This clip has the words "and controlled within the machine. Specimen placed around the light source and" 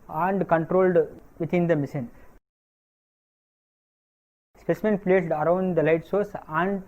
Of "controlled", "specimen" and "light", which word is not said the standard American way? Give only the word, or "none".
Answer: none